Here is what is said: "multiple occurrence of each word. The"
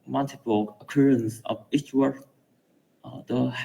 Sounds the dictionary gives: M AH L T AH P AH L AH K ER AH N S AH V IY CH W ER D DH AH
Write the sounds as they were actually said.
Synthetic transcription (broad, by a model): M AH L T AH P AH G AH K ER AH N S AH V IY CH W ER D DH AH